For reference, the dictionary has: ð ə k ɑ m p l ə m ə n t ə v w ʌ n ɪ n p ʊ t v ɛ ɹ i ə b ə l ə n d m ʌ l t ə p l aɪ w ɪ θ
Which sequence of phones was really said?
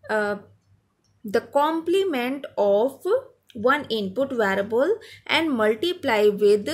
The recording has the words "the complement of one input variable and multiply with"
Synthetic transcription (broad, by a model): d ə k ɑ m p l ə m ə n t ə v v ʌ n ɪ n p ʊ t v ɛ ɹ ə b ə l ə n d m ʌ l t ə p l aɪ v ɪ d